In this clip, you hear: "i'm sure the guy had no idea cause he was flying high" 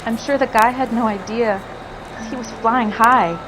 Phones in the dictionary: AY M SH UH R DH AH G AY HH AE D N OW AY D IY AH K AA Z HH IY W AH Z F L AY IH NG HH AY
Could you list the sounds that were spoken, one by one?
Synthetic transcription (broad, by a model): AY M SH UH R DH AH G AY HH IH D N OW AY D IY AH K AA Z HH IY W AH Z F L AY IH NG HH AY